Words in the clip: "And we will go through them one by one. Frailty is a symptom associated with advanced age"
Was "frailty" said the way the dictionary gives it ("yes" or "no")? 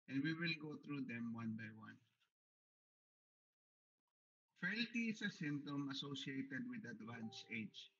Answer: no